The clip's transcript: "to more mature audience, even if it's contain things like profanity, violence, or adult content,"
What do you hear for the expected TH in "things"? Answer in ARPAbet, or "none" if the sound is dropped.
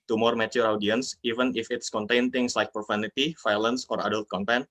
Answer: T